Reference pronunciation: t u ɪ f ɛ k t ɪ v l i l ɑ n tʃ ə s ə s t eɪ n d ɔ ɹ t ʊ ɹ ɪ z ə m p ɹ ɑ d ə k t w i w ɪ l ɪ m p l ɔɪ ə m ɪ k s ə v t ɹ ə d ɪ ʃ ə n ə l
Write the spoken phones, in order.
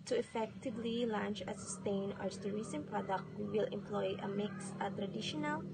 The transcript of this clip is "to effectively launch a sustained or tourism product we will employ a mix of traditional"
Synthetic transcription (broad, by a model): t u ɪ f ɛ k t ɪ v l i l ɑ n tʃ ə s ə s t eɪ n ɔ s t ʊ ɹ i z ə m p ɹ ɑ d ə k t w i w ɪ l ɪ m p l ɔɪ ə m ɪ k s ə t ɹ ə d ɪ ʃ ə n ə l